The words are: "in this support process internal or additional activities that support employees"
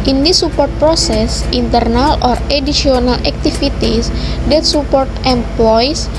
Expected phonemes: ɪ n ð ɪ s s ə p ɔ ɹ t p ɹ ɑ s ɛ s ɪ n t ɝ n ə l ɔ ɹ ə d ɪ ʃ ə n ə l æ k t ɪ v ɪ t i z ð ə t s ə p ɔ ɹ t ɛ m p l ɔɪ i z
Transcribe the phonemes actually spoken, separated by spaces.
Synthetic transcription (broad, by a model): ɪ n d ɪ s s ə p ɔ ɹ t p ɹ ɑ s ɛ s ɪ n t ɝ n ə l ɔ ɹ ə d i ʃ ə n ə l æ k t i f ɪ t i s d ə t s ə p ɔ ɹ t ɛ m p l ɔɪ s